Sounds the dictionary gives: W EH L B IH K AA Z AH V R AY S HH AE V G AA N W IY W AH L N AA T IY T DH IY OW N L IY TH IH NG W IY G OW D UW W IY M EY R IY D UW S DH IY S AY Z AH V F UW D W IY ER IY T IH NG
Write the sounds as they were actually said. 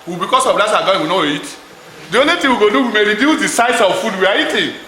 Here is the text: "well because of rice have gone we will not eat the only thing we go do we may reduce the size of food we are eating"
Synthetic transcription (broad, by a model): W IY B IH K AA S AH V L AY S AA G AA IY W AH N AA IY T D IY OW N L IY T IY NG W IY G OW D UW W IY M EY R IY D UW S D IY S AY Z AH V F UW D W IY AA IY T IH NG